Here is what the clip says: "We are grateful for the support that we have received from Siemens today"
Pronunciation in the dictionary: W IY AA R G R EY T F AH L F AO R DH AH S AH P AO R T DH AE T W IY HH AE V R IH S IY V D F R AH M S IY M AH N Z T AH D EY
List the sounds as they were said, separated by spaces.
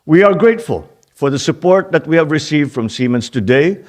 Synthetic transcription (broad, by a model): W IY AA R G R EY T F AH L F AO R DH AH S AH P AO R T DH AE T W IY HH AE V R IH S IY V D F R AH M S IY M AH N S T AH D EY